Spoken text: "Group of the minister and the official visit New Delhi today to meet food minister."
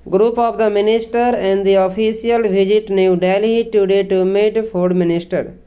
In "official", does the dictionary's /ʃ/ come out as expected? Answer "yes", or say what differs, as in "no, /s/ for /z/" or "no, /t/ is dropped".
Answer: no, /s/ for /ʃ/